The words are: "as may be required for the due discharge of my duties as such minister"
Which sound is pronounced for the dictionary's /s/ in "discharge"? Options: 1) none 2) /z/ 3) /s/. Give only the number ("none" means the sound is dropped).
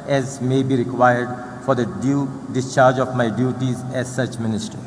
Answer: 3